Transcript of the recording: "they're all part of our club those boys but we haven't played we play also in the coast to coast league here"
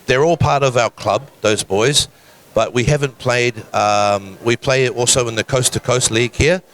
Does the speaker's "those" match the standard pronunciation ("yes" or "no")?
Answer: yes